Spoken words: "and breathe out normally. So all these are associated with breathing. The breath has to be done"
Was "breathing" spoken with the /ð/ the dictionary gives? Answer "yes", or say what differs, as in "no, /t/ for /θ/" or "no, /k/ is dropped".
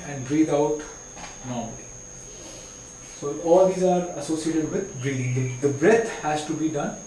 no, /ð/ is dropped